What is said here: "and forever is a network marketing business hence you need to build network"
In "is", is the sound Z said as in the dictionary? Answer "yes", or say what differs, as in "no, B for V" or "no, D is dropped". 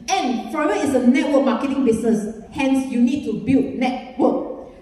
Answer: no, S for Z